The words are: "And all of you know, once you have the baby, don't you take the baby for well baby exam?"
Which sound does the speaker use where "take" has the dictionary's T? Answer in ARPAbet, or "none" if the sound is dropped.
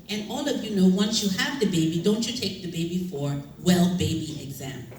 T